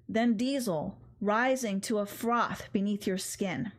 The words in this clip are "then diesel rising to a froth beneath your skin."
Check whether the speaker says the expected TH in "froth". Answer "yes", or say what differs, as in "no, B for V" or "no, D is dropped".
yes